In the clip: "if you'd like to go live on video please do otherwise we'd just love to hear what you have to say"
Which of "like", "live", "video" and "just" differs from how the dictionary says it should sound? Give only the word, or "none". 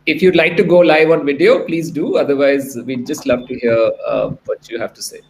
none